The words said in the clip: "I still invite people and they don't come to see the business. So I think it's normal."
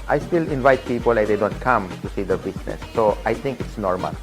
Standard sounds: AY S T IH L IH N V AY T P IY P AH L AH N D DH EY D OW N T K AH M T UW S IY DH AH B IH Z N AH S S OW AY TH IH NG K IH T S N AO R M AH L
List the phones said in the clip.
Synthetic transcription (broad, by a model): AY S T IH L IH N V AY T P IY P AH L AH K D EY D OW N T K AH M T UW S IY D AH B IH S N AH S S OW AY T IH NG K IH T S N AO R M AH L